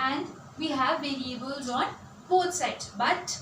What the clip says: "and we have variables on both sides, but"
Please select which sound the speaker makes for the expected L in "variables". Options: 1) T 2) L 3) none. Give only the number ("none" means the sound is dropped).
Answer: 2